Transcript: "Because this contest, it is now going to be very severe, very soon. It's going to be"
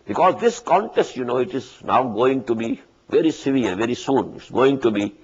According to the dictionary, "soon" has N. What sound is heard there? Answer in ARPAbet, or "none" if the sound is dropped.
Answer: N